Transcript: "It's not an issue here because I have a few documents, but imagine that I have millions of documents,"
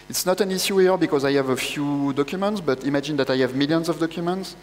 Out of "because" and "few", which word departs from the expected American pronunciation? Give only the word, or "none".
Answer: none